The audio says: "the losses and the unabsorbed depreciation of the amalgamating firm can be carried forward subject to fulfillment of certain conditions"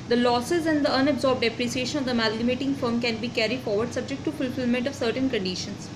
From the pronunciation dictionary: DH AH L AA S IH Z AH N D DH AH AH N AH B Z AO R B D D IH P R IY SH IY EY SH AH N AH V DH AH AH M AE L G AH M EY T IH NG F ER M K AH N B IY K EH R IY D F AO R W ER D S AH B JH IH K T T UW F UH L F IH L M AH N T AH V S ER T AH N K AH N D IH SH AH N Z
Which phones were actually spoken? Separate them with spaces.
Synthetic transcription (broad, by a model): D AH L AA S IH Z AH N D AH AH N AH B Z AO R B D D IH P R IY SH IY EY SH AH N AH V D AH AH M AE L G AH M EY T IH NG F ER M K AH N B IY K EH R IY D F AO R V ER D S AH B JH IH K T T UW F UH L F IH L M AH N T AH V S ER T AH N K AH N D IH SH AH N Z